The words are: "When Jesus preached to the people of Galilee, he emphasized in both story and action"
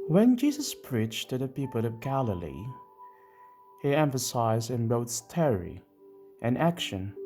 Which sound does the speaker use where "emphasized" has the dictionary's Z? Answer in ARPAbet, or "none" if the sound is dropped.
Z